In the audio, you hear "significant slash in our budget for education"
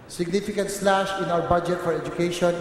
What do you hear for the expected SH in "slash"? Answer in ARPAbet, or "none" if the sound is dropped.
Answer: SH